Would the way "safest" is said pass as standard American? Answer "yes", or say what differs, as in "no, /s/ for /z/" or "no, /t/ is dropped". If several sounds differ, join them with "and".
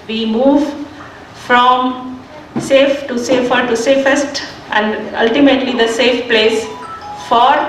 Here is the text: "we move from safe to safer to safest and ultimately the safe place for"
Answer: yes